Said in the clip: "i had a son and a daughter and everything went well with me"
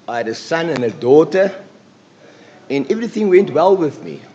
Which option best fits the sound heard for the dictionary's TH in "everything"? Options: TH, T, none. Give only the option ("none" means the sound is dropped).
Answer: TH